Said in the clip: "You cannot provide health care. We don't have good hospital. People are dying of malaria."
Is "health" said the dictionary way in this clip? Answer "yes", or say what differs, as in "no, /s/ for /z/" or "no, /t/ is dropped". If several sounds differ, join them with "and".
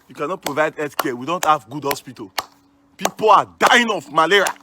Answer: no, /l/ is dropped